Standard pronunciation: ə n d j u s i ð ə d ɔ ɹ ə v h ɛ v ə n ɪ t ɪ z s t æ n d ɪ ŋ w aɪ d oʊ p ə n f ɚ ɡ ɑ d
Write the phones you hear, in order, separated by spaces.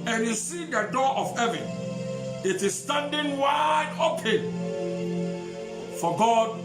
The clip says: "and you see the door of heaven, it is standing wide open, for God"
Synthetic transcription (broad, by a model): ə n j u s i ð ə d ɔ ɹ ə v h ɛ v ə n ɪ t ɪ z s t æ n d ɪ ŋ w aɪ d oʊ p ə n f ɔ ɡ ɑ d